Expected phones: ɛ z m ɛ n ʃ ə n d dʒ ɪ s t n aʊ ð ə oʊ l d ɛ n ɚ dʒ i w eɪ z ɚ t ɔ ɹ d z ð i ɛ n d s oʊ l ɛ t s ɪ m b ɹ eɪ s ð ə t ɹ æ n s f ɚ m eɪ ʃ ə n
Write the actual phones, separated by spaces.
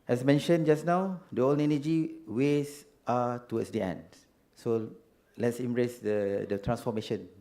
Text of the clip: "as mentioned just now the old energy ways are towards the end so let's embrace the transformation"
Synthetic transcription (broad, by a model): ɛ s m ɛ n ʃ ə n dʒ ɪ s n aʊ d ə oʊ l ɛ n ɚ dʒ i w eɪ s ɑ t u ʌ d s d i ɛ n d s oʊ l ɛ t s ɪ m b ɹ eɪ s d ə t ɹ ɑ n s f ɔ m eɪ ʃ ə n